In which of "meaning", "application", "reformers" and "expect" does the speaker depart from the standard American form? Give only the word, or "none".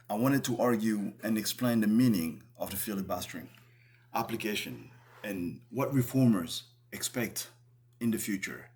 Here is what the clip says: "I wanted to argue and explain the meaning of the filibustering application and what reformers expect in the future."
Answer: none